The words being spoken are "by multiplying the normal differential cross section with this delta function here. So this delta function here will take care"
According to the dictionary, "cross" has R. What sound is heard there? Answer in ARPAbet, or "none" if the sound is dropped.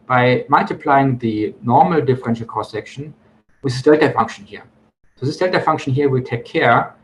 none